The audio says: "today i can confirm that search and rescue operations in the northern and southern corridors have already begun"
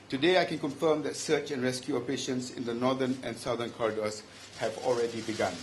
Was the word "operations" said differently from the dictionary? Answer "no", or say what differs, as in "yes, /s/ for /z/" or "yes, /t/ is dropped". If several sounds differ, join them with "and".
yes, /s/ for /z/